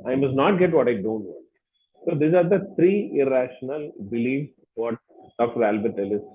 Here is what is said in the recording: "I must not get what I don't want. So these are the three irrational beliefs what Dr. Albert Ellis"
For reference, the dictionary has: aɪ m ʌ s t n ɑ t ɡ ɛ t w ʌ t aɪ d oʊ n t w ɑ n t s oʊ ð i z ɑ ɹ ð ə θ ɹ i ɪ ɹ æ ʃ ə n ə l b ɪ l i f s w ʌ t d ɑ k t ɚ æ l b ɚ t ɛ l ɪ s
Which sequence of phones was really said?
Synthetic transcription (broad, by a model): aɪ m ʌ s t n ɑ t ɡ ɛ t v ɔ t aɪ d oʊ n t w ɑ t s oʊ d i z ɑ ɹ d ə t ɹ i ɪ ɹ æ ʃ ə n ə l b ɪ l i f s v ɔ t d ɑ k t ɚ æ l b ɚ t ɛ l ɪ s